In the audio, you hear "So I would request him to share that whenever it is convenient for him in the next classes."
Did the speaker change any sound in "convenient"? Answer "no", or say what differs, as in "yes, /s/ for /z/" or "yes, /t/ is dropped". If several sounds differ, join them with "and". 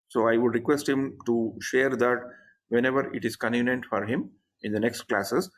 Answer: yes, /v/ is dropped